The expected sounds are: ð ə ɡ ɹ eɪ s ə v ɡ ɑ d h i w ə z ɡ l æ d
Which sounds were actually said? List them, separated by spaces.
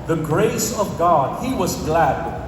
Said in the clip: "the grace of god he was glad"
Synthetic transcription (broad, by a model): ð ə ɡ ɹ eɪ s ə v ɡ ɑ d i w ə z ɡ l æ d